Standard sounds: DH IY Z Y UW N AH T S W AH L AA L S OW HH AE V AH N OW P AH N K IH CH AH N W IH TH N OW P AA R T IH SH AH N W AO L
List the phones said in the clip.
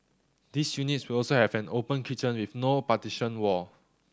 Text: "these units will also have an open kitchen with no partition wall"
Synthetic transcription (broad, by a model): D IY S Y UW N AH T S W AH L AA L S OW HH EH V AH N OW P AH N K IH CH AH N W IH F N OW P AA T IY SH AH N W AO